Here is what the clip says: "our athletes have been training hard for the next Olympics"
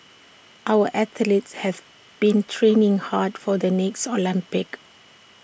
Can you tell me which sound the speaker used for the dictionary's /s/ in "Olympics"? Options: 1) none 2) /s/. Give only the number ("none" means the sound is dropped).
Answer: 1